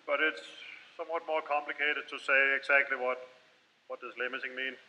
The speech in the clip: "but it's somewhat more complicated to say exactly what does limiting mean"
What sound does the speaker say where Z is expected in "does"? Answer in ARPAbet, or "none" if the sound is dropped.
S